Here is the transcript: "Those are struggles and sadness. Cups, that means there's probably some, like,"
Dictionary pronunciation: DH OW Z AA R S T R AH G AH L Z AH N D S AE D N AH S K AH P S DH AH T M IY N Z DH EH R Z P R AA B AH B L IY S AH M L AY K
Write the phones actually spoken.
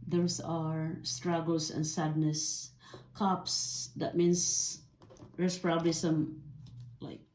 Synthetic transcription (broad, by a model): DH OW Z AA R S T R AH G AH L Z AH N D S AE D N AH S K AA P S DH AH T M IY N S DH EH R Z P R AA B AH B L IY S AH M L AY K